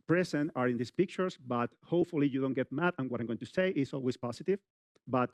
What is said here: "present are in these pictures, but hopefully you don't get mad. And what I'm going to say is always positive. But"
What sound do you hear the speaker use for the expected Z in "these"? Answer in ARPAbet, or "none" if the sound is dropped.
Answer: S